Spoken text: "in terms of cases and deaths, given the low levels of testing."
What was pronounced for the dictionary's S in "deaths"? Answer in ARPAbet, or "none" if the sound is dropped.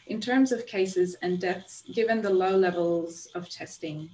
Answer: S